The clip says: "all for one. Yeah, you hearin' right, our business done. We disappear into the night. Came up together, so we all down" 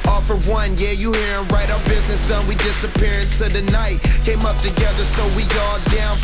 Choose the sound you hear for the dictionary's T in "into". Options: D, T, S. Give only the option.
S